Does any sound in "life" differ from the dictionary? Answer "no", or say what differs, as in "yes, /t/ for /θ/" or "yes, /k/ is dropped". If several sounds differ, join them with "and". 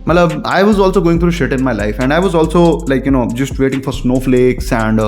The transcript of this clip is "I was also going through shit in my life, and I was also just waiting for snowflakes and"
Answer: no